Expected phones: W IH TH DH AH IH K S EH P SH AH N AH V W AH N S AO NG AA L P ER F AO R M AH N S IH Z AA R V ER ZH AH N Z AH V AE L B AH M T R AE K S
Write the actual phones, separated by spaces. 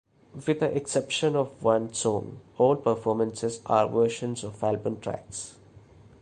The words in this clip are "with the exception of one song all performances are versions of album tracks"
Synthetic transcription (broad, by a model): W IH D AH IH K S EH P SH AH N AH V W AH N S AO NG AA L P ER F AO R M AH N S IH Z AA R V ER SH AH N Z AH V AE L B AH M T R AE K S